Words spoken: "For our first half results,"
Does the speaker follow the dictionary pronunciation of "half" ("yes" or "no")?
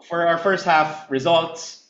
yes